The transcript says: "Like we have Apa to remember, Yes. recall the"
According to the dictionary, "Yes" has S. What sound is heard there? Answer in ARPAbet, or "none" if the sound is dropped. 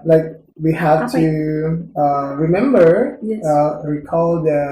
none